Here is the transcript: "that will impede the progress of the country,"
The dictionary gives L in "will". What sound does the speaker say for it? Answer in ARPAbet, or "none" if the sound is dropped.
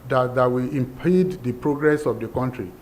W